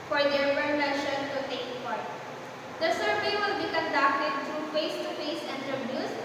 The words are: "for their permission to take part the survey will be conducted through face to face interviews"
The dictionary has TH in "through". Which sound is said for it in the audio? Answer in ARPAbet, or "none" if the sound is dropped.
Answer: T